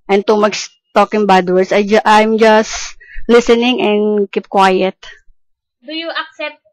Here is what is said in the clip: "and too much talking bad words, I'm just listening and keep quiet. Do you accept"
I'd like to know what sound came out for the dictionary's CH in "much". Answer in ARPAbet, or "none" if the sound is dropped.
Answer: S